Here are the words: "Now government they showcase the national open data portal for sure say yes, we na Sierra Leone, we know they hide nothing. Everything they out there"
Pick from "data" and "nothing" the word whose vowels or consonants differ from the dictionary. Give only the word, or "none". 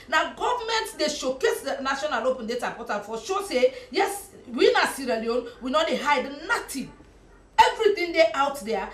nothing